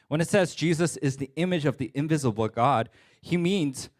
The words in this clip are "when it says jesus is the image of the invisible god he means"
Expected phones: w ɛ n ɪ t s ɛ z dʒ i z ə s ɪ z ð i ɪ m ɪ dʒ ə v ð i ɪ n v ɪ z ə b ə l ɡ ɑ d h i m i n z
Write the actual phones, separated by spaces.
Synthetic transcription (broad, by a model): w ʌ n ɪ t s ɛ z dʒ i z ə s ɪ z ð i ɪ m ɪ dʒ ə v ð i ɪ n v ɪ z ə b l ɡ ɑ d h i m i n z